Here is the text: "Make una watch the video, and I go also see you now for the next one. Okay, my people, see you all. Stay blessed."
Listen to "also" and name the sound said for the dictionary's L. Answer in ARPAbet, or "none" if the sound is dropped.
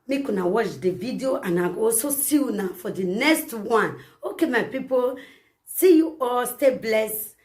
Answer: none